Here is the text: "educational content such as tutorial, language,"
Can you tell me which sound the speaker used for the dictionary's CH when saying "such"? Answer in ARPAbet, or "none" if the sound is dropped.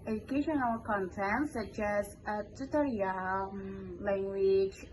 CH